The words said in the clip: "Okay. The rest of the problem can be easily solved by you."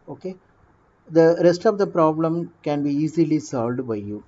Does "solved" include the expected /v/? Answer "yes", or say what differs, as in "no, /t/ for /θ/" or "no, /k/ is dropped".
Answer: yes